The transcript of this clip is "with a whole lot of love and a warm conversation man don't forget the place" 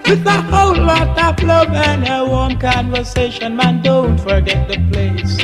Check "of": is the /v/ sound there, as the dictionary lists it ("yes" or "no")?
no